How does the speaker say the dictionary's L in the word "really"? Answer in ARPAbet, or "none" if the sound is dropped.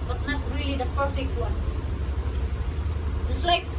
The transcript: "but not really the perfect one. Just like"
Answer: L